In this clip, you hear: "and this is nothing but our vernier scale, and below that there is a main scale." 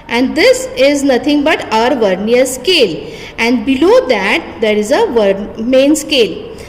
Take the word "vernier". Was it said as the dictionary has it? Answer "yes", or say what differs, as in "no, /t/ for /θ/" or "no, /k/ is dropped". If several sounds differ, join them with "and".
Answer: yes